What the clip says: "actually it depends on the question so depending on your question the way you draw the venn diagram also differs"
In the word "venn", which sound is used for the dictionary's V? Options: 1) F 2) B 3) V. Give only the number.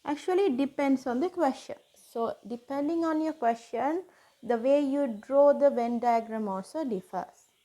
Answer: 3